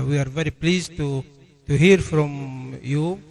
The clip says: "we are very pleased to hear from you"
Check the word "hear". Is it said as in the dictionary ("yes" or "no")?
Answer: yes